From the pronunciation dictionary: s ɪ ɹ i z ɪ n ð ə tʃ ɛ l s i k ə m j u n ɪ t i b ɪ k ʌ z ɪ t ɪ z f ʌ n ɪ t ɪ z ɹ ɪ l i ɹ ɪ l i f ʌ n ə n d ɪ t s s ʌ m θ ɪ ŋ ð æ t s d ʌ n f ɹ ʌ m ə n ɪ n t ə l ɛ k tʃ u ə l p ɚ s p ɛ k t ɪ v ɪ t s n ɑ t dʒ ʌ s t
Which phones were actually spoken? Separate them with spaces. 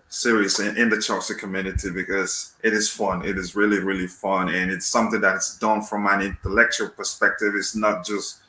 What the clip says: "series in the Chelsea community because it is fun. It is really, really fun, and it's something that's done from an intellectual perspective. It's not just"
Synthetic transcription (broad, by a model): s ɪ ɹ i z ɪ n ð ə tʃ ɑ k s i k ə m j u n ɪ t i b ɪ k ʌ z ɪ t ɪ z f ʌ n ɪ t ɪ z ɹ ɪ l i ɹ ɪ l i f ʌ n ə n ɪ t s s ʌ m θ ɪ ŋ ð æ t s d ʌ n f ɹ ʌ m ə n ɪ n t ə l ɛ k tʃ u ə l p ɚ s p ɛ k t ɪ v ɪ t s n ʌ t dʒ ʌ s t